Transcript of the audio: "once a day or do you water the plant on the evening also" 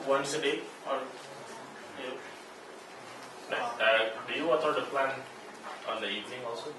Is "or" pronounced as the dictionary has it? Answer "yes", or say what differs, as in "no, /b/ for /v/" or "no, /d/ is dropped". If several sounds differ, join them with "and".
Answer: no, /l/ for /ɹ/